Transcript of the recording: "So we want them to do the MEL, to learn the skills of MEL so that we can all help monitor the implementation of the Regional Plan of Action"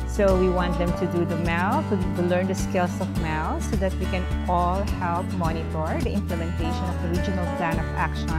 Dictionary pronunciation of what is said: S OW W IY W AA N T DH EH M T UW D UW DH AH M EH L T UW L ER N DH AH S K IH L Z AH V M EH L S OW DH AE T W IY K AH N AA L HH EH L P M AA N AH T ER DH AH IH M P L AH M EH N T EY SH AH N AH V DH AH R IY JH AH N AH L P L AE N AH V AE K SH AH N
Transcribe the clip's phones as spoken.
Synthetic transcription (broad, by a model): S OW W IY W AA N T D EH M T UW D UW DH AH M EH L T UW L ER N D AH S K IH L S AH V M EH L S OW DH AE T W IY K AH N AA L HH EH L P M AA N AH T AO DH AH IH M P L AH M EH N T EY SH AH N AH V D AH R IY JH AH N AH L P L AE N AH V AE K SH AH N